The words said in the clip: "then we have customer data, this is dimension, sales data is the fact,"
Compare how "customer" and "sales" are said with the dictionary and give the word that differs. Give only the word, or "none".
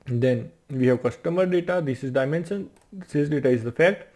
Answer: sales